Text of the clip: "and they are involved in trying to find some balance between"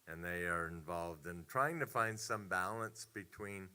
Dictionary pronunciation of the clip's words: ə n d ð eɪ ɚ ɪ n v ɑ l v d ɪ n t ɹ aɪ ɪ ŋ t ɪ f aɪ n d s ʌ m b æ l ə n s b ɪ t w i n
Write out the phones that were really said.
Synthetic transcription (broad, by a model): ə n ð eɪ ɚ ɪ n v ɑ l v d ɪ n t ɹ aɪ ɪ ŋ t ɪ f aɪ n d s ʌ m b æ l ə n s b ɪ t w i n